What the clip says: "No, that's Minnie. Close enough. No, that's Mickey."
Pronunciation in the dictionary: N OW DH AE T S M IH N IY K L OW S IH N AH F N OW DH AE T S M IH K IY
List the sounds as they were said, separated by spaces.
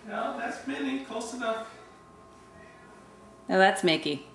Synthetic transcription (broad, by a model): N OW DH AE T S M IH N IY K OW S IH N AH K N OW DH AE T S M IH K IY